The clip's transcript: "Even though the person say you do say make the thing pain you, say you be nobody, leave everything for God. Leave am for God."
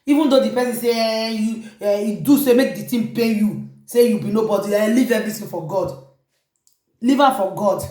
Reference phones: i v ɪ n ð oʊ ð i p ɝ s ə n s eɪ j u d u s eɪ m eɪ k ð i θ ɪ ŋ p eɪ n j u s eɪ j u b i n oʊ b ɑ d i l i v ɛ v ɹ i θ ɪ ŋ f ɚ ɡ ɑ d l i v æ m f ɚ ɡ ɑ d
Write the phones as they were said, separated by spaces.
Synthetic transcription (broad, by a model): i v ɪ n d oʊ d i p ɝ s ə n s eɪ j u d u s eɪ m eɪ k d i t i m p eɪ j u s eɪ j u b i n oʊ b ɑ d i l i v ɛ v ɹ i t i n f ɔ ɡ ɑ d l i v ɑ f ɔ ɡ ɑ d